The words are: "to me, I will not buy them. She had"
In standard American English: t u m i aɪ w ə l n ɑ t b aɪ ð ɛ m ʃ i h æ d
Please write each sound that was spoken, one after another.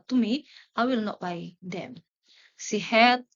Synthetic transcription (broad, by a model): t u m i aɪ w ə l n ɑ t b aɪ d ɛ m s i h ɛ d